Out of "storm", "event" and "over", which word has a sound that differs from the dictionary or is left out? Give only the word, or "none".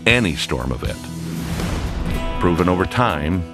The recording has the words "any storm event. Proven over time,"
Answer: event